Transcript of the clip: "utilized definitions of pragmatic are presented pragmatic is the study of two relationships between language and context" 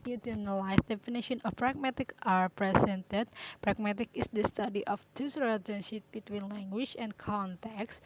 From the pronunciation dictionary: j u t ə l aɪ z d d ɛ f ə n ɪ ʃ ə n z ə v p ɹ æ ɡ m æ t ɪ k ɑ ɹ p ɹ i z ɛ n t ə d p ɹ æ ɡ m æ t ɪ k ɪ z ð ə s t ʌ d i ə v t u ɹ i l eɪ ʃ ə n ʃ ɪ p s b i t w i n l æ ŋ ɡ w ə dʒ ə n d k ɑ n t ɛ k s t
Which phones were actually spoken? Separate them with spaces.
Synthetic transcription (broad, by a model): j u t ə l aɪ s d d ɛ f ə n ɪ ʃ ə n ə f p ɹ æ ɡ m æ t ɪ k ɑ ɹ p ɹ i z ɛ n t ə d p ɹ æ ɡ m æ t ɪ k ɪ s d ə s t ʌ d i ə f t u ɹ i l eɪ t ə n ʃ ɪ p b i t w i n l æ ŋ ɡ w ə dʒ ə n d k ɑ n t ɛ k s